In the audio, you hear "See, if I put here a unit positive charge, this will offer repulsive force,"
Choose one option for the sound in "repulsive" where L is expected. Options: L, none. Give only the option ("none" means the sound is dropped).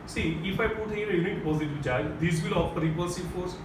none